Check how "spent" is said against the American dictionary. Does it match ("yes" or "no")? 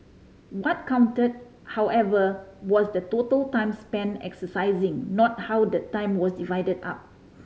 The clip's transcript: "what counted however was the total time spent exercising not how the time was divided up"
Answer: no